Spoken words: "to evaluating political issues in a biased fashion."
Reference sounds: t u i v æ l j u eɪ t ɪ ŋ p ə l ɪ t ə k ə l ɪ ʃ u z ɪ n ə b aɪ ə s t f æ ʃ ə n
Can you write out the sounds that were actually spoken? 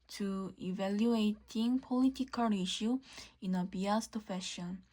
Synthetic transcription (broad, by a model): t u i v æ l j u eɪ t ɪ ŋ p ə l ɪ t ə k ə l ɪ ʃ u ɪ n ə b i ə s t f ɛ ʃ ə n